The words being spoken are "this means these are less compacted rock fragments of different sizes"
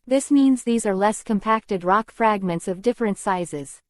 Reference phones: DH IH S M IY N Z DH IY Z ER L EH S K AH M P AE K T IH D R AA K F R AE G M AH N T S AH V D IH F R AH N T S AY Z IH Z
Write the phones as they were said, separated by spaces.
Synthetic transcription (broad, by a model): DH IH S M IY N Z DH IY Z ER L EH S K AH M P AE K T IH D R AA K F R AE G M AH N T S AH V D IH F R AH N T S AY Z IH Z